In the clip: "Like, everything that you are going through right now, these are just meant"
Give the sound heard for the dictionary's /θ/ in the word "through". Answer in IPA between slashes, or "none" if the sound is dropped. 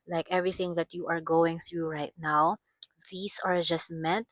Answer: /θ/